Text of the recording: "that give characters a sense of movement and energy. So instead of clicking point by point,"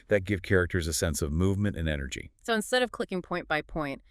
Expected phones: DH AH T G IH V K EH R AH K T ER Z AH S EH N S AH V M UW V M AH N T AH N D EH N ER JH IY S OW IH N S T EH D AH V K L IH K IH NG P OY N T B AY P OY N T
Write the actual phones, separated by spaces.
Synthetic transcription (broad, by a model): DH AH T G IH V K EH R AH K T ER Z AH S EH N S AH V M UW V M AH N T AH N EH N ER JH IY S OW IH N S T EH D AH V K L IH K IH NG P OY N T B AY P OY N T